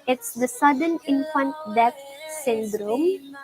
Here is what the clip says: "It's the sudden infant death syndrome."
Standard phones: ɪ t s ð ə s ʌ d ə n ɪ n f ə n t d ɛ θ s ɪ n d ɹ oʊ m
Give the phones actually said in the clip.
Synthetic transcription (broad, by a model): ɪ t s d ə s ʌ d ə n ɪ n f ə n t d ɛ f s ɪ n d ɹ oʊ m